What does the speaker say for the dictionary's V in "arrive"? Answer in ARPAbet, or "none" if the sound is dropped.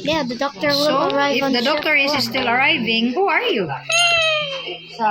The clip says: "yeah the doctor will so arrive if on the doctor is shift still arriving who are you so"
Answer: none